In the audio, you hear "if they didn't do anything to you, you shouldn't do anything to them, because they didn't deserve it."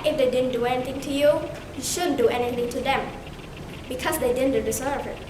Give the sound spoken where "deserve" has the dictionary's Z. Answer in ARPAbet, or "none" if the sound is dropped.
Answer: S